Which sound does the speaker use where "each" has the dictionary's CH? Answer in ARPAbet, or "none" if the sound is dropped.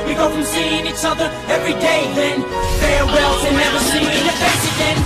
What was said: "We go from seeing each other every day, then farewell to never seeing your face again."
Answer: S